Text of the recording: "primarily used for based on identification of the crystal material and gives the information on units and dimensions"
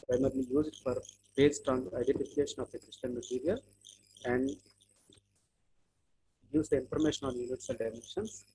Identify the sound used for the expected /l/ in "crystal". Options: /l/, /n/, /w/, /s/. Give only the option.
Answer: /n/